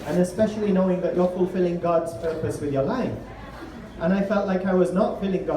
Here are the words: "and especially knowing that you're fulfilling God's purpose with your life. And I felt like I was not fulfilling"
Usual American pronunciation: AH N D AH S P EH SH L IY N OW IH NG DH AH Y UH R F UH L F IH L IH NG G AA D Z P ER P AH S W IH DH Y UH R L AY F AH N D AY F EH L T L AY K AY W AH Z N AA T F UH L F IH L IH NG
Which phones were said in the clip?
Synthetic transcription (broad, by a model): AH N AH S P EH SH L IY N OW IH NG DH AH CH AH R F UH L F IH L IH NG G AA D Z P ER P AH S W IH DH Y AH R L AY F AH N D AY F EH L T L AY K AY W AH Z N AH T F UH L IH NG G